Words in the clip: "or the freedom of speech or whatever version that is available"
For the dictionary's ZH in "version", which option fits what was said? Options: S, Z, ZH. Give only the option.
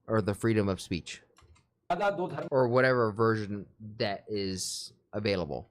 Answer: ZH